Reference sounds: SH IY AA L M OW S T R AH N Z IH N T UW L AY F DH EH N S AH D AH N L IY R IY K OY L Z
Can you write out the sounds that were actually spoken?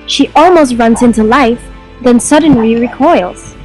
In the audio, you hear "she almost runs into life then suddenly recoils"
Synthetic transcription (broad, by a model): SH IY AA L M OW S T R AH N Z IH N T UW L AY F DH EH N S AH D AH N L IY R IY K OY L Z